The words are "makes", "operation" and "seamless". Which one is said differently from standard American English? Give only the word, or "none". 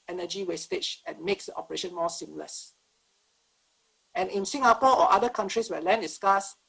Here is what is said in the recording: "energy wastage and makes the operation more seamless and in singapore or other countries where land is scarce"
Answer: none